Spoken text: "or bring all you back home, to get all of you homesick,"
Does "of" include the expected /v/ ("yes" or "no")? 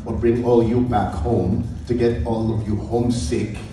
yes